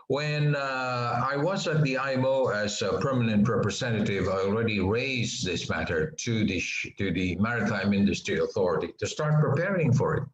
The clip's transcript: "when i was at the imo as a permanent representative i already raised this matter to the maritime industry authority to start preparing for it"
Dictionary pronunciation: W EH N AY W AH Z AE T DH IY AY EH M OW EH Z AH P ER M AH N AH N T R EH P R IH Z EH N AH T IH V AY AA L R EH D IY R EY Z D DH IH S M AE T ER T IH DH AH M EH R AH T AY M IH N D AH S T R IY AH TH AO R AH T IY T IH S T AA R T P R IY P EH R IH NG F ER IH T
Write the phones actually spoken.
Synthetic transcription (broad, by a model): W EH N AY W AH Z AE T DH IY AY EH M OW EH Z AH P ER M AH N AH N T R EH P R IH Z EH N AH T IH V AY AA L R EH D IY R EY Z DH IH S M AE T ER T IH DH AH M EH R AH T AY M IH N D AH S T R IY AH TH AO R AH T IY T IH S T AA R T P R IY P EH R IH NG F ER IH T